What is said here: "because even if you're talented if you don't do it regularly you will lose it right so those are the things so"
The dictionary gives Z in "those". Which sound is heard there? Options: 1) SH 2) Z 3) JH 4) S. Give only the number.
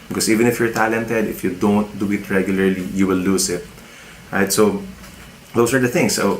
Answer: 4